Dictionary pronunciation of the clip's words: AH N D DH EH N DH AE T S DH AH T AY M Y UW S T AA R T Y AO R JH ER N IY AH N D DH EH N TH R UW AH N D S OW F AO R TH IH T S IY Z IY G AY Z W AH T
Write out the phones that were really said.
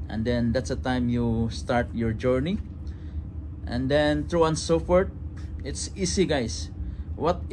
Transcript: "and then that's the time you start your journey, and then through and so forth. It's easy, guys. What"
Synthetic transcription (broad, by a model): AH N D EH N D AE T S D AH T AY M Y UW S T AA R T Y AO R JH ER N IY AH N D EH N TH R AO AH N S OW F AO R T IH T S IY S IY G AY S W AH T